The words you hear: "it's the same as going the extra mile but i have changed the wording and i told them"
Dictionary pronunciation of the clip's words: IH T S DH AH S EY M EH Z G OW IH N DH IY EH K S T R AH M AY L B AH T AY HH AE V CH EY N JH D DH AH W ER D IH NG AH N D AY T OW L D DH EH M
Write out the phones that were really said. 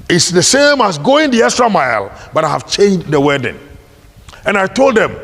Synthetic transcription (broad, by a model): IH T S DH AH S EY M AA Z G OW IH N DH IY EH S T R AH M AY L B AH T AY HH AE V CH EY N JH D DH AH W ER D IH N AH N AY T OW L D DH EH M